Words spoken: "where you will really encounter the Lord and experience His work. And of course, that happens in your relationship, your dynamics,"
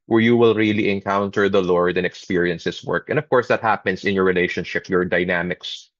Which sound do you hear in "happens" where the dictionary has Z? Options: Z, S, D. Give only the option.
S